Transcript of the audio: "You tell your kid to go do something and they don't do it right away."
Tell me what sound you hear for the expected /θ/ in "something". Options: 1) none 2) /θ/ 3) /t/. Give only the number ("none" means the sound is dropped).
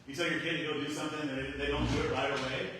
2